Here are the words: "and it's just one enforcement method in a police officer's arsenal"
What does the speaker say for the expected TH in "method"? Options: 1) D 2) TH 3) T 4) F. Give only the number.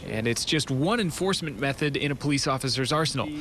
2